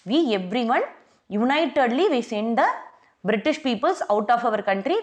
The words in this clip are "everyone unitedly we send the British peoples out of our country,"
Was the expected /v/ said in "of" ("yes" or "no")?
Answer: yes